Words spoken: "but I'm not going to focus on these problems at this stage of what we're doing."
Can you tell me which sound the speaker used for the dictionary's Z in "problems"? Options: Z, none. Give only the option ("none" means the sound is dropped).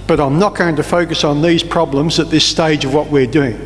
Z